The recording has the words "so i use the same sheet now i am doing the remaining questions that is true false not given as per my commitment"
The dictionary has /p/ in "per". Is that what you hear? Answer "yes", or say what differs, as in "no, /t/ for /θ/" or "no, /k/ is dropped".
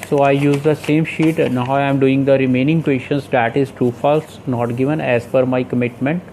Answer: no, /f/ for /p/